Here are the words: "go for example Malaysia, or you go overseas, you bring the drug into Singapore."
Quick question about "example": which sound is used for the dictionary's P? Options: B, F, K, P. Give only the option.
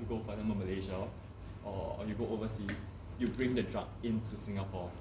B